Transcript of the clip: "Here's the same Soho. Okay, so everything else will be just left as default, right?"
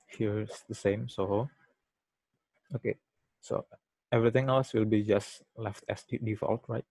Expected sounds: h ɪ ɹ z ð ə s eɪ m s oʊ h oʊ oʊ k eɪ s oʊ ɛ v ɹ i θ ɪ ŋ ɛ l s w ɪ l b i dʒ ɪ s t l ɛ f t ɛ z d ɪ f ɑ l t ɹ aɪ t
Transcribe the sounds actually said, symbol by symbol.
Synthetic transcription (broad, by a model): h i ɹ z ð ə s eɪ m s oʊ h oʊ oʊ k eɪ s oʊ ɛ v ɹ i t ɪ ŋ ɛ l s w ɪ l b i dʒ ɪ s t l ɛ f t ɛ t d ɪ f ɑ l t ɹ aɪ t